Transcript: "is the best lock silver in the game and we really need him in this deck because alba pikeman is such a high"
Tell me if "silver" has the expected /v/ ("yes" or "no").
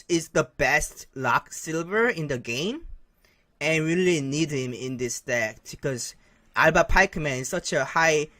yes